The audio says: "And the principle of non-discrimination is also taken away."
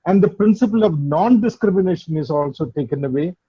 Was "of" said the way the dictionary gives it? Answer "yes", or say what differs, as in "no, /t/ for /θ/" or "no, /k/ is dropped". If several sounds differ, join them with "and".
yes